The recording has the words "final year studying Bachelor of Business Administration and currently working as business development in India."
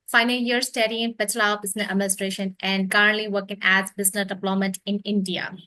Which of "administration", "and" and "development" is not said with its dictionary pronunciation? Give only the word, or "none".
development